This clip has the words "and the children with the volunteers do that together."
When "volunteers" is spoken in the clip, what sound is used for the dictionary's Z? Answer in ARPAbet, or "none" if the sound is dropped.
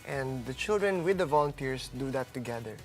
S